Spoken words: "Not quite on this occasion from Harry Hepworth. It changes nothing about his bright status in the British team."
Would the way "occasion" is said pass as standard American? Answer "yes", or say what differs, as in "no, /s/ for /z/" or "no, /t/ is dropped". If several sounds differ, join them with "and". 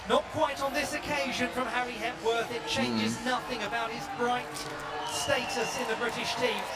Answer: yes